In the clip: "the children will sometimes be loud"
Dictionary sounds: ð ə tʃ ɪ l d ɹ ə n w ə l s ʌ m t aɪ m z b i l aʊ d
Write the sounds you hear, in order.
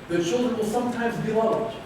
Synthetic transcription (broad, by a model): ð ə tʃ ɪ l d ɹ ə n w ə l s ʌ m t aɪ m z b i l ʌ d